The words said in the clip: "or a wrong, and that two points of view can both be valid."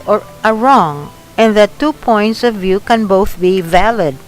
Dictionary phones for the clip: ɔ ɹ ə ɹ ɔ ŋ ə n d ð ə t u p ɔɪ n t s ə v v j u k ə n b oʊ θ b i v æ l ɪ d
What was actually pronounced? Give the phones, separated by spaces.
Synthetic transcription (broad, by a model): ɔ ɹ ə ɹ ɔ ŋ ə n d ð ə t u p ɔɪ n t s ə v v j u k ə n b oʊ θ b i v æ l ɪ d